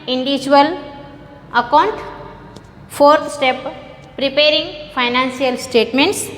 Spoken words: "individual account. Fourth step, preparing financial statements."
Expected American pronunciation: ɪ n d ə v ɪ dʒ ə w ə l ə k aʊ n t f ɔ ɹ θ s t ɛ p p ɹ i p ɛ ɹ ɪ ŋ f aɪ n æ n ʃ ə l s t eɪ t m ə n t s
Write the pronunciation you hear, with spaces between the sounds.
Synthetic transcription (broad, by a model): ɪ n d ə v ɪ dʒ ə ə l ə k aʊ n t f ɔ ɹ t s t ɛ p p ɹ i p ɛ ɹ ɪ ŋ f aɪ n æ n s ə l s t eɪ t m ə n t s